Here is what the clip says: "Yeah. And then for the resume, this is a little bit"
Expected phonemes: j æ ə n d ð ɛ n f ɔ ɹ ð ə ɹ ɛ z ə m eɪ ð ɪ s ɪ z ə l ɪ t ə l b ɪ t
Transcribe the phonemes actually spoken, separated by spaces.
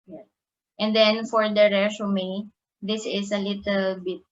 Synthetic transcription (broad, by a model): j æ ə n d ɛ n f ɔ ɹ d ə ɹ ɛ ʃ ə m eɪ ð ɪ s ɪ s ə l ɪ t ə l b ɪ t